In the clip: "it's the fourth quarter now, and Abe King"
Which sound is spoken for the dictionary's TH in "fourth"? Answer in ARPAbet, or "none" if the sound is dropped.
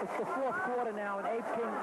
TH